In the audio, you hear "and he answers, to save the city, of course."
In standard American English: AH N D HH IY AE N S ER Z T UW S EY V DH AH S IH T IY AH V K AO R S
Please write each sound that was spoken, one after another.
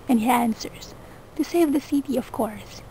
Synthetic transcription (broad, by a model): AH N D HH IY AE N S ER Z T UW S EY V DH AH S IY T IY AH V K AO R S